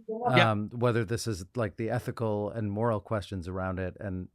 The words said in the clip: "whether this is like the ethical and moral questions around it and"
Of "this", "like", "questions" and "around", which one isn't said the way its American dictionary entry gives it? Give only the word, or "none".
none